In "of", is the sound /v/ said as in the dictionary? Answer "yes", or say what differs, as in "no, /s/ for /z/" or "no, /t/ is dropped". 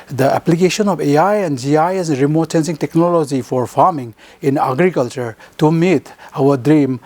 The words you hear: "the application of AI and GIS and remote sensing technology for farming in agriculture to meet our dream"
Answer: no, /p/ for /v/